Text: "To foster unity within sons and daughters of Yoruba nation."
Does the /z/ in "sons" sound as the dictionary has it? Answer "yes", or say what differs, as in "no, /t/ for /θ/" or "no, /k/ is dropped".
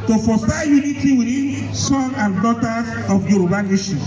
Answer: no, /z/ is dropped